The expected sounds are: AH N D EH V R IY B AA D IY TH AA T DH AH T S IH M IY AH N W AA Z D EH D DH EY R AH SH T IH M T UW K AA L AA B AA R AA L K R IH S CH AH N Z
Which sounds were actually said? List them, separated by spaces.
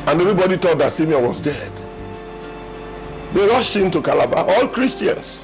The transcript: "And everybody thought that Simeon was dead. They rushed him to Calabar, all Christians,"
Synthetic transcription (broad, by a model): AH N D EH V R IY B AA D IY T AA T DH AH T S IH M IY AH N W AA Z D EH D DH EY R AH SH T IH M T UW K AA L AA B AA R AA L K R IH S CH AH N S